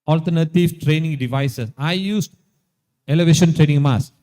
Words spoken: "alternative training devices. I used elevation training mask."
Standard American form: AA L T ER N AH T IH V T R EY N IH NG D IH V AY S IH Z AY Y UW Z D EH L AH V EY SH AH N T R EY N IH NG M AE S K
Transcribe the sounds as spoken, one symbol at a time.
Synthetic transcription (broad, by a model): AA L T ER N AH T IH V T R EY N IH NG D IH V AY S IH S AY Y UW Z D EH L AH V EY SH AH N T R EY N IH NG M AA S